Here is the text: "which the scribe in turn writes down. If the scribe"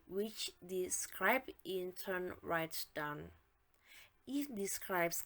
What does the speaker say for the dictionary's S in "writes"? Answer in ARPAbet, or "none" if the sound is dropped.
none